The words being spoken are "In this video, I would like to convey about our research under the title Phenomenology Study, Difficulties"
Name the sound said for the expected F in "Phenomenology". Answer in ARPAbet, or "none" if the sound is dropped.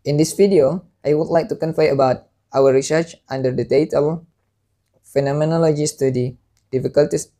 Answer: F